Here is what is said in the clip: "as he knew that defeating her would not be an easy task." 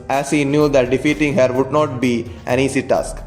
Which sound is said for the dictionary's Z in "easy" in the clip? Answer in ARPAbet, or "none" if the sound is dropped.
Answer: S